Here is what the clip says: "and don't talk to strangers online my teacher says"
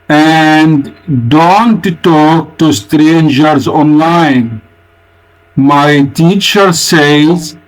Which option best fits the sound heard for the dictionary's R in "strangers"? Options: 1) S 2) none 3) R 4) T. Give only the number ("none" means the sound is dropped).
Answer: 3